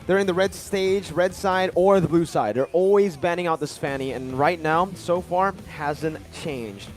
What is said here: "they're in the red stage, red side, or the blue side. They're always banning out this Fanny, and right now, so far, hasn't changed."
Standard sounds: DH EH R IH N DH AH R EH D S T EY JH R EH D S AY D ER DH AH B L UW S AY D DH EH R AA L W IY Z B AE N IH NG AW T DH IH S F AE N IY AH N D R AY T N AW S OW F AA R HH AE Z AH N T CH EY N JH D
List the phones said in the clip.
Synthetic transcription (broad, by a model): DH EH R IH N DH AH R EH D S T EY JH R EH D S AY D ER DH AH B L UW S AY D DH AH R AA L W IY Z B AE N IH NG AW T DH IH S P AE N IY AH N R AY T N AW S OW F AA R HH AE Z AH N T CH EY N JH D